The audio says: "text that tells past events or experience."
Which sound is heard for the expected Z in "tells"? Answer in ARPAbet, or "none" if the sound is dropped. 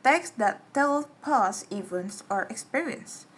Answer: none